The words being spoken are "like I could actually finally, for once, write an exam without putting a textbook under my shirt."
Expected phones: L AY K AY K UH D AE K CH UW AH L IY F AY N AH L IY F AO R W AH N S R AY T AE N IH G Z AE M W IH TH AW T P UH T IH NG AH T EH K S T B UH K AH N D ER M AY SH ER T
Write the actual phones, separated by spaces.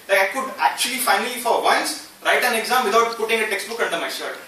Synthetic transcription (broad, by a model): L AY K AY K UH D AE K CH UW AH L IY F AY N AH L IY F AO R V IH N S R AY T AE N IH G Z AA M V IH T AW T P UH T IH NG AH T EH K S T B UH K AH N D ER M AY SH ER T